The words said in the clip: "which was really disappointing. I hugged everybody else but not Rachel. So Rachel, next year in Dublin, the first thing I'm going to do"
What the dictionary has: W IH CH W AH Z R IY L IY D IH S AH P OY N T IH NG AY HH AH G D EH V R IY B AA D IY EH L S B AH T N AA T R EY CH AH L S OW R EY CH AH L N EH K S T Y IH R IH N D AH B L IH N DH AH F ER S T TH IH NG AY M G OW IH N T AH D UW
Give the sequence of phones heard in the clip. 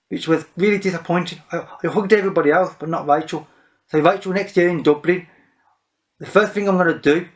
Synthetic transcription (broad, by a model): W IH CH W AH Z R IY L IY D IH S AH P OY N T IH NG AY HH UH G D EH V R IY B AA D IY EH L S B AH T N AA T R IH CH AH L S OW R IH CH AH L N EH K S T Y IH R IH N D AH B L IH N DH AH F ER S T TH IH NG AY M G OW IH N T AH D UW